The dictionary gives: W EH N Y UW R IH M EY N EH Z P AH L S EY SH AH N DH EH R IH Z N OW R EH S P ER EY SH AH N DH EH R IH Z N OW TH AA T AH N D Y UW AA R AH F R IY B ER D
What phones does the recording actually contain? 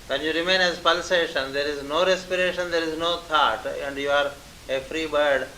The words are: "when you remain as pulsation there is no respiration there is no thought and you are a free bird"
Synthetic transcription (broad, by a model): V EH N Y UW R IH M EY N EH Z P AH L S EY SH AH N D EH R IH Z N OW R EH S P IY EY SH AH N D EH R IH Z N OW T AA T AH N D Y UW AA R AH F R IY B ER D